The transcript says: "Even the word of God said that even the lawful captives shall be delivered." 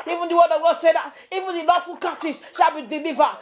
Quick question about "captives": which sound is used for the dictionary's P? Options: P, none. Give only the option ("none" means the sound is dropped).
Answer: none